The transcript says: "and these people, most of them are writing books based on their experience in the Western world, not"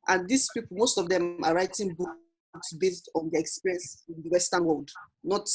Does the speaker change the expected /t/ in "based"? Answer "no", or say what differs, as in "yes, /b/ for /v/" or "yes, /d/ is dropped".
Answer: no